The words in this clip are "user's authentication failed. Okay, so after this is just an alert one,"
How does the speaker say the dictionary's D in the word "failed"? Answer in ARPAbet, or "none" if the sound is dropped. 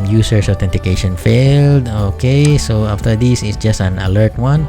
D